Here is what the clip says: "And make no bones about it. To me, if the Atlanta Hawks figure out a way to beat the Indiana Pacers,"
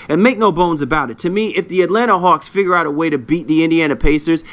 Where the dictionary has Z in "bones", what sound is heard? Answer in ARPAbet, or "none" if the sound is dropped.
Z